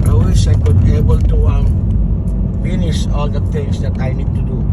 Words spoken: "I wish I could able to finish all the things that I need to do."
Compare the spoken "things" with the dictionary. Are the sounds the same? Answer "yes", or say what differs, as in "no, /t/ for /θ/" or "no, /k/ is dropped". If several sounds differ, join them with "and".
no, /t/ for /θ/